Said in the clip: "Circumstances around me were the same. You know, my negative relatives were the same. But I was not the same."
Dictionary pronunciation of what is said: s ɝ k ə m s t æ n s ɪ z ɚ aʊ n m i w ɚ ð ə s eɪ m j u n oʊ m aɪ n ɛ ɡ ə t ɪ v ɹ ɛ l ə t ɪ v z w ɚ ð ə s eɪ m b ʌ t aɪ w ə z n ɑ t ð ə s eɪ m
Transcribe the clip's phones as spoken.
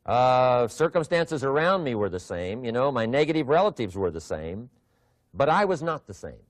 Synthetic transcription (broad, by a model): s ɝ k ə m s t æ n s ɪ z ɚ aʊ n m i w ɚ ð ə s eɪ m j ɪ n oʊ m aɪ n ɛ ɡ ə t ɪ v ɹ ɛ l ə t ɪ v z w ɚ ð ə s eɪ m b ʌ t aɪ w ə z n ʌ t ð ə s eɪ m